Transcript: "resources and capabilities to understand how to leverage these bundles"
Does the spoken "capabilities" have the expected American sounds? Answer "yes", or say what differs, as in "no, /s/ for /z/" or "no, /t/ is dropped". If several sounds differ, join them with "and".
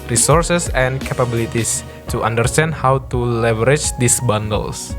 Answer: no, /s/ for /z/